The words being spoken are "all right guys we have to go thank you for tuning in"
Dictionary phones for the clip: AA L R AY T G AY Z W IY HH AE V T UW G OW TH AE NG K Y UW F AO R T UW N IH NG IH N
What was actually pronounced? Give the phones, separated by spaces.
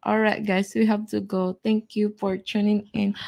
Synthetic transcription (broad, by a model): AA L R AY T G AY S W IY HH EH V T UW G OW T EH NG K Y UW F AO R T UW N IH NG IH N